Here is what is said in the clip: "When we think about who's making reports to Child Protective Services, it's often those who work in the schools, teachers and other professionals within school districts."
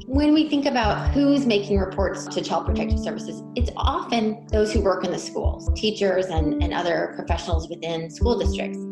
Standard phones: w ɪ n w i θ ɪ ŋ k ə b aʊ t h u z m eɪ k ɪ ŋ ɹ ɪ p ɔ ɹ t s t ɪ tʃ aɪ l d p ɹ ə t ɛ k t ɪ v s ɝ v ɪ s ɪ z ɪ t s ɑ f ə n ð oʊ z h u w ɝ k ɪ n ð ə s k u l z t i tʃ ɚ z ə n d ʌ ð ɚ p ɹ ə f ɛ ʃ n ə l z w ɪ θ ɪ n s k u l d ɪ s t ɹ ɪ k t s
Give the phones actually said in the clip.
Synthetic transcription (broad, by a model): w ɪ n w i θ ɪ ŋ k ə b aʊ t h u z m eɪ k ɪ ŋ ɹ ɪ p ɔ ɹ t s t ɪ tʃ aɪ l d p ɹ ə t ɛ k t ɪ v s ɝ v ɪ s ɪ z ɪ t s ɑ f ə n ð oʊ z h u w ɝ k ɪ n ð ə s k u l z t i tʃ ɚ z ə n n ʌ ð ɚ p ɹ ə f ɛ ʃ n l z w ɪ θ ɪ n s k u l d ɪ s t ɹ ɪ k t s